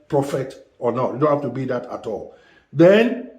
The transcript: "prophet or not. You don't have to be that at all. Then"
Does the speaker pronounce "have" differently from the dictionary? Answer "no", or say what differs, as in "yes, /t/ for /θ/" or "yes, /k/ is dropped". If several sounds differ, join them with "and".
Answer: yes, /f/ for /v/